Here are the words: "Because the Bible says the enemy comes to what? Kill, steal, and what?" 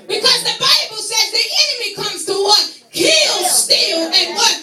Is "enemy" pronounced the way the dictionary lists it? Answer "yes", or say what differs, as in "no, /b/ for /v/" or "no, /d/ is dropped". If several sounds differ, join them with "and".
yes